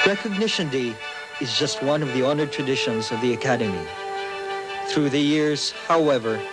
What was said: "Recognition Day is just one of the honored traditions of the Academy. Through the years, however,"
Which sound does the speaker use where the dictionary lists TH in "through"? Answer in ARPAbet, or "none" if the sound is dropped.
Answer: TH